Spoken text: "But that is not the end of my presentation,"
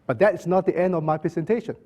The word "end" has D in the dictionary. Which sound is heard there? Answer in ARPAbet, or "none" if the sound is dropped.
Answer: D